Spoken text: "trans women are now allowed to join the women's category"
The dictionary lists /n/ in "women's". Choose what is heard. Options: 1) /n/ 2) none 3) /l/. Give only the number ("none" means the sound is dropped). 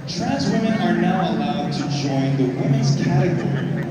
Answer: 2